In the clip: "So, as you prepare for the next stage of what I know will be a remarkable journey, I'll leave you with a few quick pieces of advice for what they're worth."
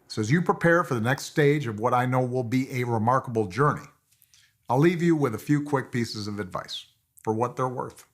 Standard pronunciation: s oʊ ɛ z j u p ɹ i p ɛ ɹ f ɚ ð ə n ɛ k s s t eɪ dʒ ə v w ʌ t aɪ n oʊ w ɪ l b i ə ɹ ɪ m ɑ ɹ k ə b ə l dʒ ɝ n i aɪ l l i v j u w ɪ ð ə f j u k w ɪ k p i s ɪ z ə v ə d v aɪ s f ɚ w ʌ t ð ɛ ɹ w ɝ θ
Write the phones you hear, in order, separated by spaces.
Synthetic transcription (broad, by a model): s ɛ z j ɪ p ɹ i p ɛ ɹ f ɚ ð ə n ɛ k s s t eɪ dʒ ə v w ʌ t aɪ n oʊ w ɪ l b i ə ɹ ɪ m ɑ ɹ k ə b l dʒ ɝ n i aɪ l l i v j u w ɪ ð ə f j u k w ɪ k p i s ɪ z ə v ə d v aɪ s f ɚ w ʌ t ð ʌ ɹ w ɝ θ